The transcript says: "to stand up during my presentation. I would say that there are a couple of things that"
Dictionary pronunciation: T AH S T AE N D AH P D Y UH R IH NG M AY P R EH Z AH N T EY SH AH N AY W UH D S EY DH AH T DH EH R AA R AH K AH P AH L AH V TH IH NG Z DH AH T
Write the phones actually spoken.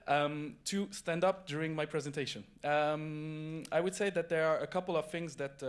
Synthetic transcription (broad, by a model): T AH S T AE N D AH P D Y UH R IH NG M AY P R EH Z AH N T EY SH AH N AY W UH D S EY DH AH T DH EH R AA R AH K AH P L AH V TH IH NG Z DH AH T